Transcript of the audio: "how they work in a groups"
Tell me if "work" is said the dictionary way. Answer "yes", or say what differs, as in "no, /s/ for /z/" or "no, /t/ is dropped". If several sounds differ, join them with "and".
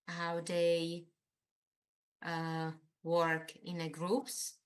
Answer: yes